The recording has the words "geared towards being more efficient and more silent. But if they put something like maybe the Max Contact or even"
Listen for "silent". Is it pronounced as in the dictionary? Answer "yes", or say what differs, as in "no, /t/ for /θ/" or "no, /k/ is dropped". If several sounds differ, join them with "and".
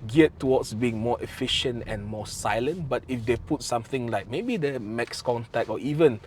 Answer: yes